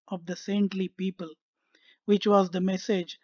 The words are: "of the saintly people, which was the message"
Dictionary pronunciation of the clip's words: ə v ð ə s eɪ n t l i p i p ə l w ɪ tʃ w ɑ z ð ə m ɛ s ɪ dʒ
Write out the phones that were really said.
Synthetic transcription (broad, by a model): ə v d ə s eɪ n t l i p i p ə l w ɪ tʃ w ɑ z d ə m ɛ s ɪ dʒ